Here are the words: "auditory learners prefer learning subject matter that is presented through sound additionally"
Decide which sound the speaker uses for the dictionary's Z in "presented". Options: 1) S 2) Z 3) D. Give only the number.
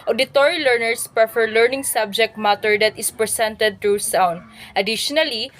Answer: 1